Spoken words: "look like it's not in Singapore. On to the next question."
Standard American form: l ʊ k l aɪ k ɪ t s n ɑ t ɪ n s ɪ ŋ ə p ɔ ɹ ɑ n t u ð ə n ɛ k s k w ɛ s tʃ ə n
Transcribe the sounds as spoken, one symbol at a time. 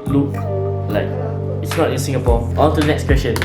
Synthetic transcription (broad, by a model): l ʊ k l aɪ k ɪ t s n ɑ t ɪ n s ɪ ŋ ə p ɔ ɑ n t u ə n ɛ k s k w ɛ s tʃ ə n